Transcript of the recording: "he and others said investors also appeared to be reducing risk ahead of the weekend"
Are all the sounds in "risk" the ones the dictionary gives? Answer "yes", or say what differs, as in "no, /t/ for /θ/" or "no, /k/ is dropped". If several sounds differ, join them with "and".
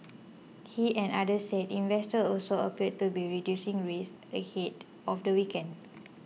no, /k/ is dropped